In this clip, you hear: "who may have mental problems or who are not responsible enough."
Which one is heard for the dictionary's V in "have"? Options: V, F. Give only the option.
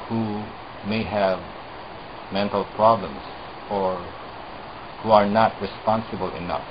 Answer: V